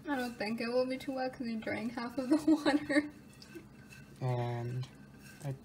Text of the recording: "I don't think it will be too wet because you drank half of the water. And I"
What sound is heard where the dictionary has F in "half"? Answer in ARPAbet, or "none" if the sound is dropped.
F